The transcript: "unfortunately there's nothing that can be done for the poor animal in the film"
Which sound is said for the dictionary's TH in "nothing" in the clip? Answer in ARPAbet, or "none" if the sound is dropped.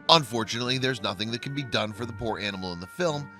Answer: TH